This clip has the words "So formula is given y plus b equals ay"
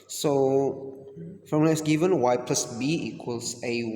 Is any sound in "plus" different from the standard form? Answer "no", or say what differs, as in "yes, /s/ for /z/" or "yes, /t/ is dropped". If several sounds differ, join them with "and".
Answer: no